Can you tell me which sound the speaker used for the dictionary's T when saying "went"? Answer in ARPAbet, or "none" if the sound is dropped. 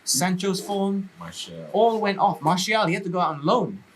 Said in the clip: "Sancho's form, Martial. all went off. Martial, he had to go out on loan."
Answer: T